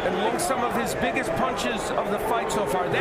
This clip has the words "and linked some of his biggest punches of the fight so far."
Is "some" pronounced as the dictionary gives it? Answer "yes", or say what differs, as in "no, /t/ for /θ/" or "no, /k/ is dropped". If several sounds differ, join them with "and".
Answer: yes